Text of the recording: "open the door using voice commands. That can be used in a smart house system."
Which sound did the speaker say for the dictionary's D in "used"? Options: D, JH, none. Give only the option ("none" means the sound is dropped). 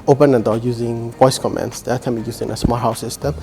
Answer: none